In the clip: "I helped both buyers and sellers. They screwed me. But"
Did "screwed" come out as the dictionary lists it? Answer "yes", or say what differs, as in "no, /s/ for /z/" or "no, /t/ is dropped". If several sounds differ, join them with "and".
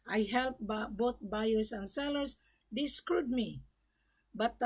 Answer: yes